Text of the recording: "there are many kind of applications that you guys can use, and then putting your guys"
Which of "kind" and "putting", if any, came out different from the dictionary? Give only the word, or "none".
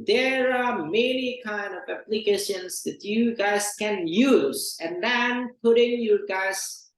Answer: none